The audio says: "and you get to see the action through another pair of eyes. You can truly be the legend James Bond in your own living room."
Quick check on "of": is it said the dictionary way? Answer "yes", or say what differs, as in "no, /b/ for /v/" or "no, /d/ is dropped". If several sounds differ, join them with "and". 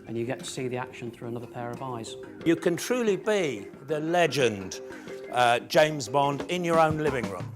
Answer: yes